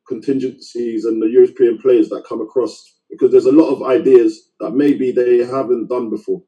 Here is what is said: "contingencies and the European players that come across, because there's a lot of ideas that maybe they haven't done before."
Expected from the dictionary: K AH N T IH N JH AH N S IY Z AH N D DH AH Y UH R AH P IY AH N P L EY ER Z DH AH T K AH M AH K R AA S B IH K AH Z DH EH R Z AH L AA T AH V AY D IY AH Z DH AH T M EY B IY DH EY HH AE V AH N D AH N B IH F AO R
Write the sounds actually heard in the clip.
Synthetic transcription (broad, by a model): K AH N T IH N JH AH N S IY Z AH N DH AH Y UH R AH P IY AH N P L EY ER Z DH AH T K AH M AH K R AA S B IH K AH Z DH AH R Z AH L AA T AH V AY D IY AH Z DH AH T M EY B IY DH EY HH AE V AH N D AH N B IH F AO